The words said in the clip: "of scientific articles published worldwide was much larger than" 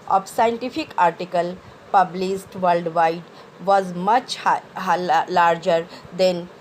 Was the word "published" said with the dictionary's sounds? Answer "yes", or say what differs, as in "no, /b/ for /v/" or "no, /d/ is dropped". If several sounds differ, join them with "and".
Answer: no, /s/ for /ʃ/